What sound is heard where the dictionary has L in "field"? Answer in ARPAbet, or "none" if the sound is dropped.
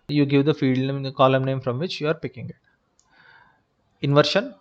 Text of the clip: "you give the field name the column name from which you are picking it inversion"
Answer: none